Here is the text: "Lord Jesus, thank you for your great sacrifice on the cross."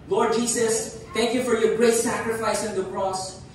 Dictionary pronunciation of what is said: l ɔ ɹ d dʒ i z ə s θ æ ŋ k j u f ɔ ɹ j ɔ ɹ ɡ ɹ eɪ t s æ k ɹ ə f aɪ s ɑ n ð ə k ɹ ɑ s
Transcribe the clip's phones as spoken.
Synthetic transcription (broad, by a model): l ɔ ɹ d dʒ i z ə s t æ ŋ k j u f ɔ ɹ j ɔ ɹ ɡ ɹ eɪ t s æ k ɹ ə f aɪ s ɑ n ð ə k ɹ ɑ s